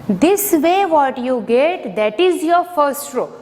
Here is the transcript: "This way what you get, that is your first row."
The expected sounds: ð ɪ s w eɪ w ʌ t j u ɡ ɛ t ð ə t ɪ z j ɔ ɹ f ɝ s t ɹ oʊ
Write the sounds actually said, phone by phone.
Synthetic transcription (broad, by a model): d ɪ s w eɪ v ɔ t j u ɡ ɛ t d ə t ɪ z j ɔ ɹ f ɝ s t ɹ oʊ